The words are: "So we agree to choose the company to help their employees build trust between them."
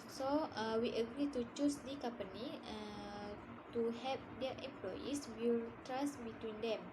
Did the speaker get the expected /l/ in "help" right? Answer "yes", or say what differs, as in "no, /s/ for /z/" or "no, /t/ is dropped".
no, /l/ is dropped